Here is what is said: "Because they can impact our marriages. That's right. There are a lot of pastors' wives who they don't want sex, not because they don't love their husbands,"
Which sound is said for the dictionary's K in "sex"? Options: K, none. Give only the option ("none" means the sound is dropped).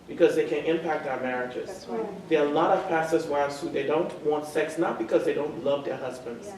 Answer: K